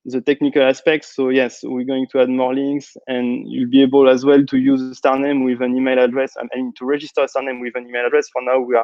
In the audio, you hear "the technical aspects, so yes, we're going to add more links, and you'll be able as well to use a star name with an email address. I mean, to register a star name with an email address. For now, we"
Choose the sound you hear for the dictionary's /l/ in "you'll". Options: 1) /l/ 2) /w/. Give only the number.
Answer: 1